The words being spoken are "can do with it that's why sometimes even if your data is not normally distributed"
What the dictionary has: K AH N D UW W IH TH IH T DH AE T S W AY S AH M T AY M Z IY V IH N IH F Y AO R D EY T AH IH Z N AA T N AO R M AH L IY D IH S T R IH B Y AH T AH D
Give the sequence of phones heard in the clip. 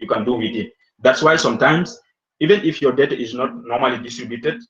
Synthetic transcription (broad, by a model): K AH N D UW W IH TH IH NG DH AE T S W AY S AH M T AY M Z IY V IH N IH F Y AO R D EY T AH IH Z N AA T N AO R M AH L IY D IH S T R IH B Y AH T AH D